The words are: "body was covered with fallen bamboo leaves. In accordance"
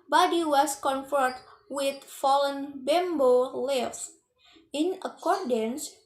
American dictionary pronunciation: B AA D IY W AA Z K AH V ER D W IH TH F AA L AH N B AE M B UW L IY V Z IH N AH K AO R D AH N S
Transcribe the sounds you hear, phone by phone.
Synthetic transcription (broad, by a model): B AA D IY W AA S K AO F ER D W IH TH F AA L AH N B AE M B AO L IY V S IH N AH K AO R D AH N S